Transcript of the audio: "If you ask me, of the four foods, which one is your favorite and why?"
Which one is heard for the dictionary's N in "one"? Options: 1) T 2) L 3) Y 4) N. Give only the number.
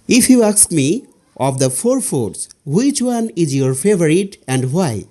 4